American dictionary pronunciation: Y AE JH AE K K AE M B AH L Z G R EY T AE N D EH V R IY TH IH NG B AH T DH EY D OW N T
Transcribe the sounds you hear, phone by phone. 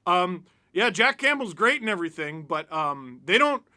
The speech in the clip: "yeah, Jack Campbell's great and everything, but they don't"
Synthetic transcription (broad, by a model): Y AE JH AE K K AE M B L Z G R EY T N EH V R IY TH IH NG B AH T DH EY D OW N T